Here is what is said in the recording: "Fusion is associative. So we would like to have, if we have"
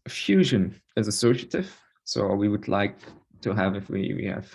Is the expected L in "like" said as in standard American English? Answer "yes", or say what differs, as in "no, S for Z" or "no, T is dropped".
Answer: yes